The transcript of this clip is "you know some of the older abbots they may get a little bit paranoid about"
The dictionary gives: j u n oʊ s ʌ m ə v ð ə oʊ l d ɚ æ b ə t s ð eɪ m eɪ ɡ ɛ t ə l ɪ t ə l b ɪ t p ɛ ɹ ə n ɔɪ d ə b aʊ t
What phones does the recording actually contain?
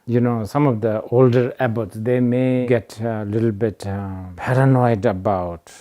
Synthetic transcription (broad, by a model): j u n oʊ s ʌ m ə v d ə oʊ l d ɚ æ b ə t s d eɪ m eɪ ɡ ɛ t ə l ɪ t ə l b ɪ t p ɛ ɹ ə n ɔɪ d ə b aʊ t